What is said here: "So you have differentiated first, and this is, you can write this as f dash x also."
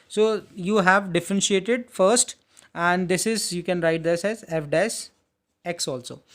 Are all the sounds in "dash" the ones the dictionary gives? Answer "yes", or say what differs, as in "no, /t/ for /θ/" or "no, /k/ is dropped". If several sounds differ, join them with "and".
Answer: no, /s/ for /ʃ/